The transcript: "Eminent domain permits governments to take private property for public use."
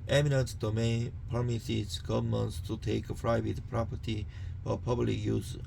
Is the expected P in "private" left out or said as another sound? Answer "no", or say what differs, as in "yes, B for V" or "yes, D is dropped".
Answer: yes, F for P